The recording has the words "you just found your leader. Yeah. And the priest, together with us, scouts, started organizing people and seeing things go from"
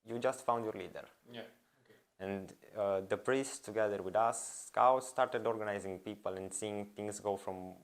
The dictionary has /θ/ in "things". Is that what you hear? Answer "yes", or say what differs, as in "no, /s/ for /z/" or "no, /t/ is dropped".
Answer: no, /t/ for /θ/